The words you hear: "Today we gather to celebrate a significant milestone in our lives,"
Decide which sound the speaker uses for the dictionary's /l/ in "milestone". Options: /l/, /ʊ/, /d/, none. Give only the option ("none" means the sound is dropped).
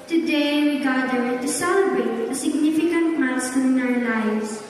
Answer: none